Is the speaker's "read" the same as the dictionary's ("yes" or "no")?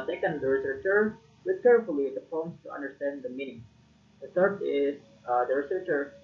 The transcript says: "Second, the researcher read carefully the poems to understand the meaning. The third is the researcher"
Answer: no